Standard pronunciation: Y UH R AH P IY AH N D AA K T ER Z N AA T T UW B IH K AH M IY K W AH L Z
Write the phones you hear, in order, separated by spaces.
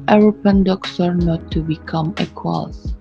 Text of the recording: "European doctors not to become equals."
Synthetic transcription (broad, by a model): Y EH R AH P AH N D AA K S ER N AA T T UW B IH K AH M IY K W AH L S